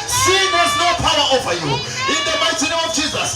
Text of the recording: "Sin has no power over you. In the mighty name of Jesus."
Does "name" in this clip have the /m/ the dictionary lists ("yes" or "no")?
no